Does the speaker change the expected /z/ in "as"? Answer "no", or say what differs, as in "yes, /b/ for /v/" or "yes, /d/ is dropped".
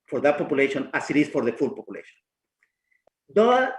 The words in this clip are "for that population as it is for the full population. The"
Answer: yes, /s/ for /z/